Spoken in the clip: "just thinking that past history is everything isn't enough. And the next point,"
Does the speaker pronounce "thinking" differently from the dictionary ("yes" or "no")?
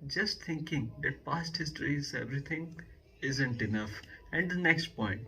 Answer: yes